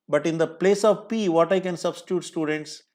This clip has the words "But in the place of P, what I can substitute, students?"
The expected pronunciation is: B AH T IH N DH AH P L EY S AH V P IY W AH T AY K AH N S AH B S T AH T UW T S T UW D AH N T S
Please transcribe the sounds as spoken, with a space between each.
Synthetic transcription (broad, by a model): B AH T IH N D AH P L EY S AH V P IY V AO T AY K AH N S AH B S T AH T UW T S T UW D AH N T S